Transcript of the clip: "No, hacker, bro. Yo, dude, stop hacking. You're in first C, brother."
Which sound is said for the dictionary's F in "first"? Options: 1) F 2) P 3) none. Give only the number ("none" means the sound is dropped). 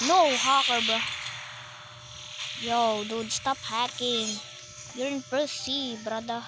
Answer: 2